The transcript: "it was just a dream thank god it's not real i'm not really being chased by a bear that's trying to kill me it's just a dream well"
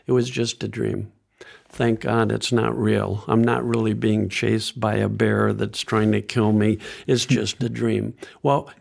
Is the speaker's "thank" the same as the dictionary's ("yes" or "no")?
yes